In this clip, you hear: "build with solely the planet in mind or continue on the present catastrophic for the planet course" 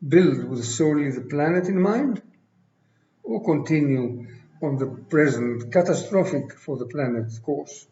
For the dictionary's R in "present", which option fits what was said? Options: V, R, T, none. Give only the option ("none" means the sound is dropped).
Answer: R